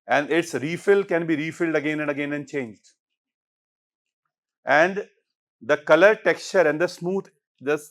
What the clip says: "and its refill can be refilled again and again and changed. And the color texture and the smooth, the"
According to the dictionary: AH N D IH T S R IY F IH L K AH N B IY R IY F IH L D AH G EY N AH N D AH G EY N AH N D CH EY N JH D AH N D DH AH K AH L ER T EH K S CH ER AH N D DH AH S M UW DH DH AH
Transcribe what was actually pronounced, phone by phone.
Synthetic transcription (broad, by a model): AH N D IH T S R IY F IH L K AH N B IY R IY F IH L D AH G EY N AH N D AH G EY N AH N D CH EY N JH D AH N D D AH K AH L ER T EH K S CH ER AH N D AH S M UW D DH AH